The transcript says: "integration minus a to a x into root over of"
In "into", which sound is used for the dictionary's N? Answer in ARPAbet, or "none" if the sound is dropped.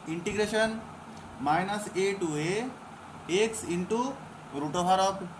N